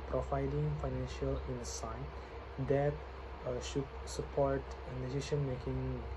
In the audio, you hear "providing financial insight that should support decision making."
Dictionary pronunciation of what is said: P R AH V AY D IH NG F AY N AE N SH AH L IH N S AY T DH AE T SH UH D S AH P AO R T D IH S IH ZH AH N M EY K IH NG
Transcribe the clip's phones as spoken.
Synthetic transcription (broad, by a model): P R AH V AY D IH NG F AY N AE N SH AH L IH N S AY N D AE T SH UH D S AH P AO R T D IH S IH SH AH N M EY K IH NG